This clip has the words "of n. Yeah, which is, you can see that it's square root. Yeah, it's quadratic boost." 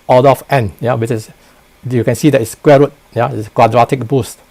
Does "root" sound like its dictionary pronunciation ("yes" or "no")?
yes